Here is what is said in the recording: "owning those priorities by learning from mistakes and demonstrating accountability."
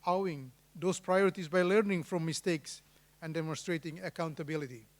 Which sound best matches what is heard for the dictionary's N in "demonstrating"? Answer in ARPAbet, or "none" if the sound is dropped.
N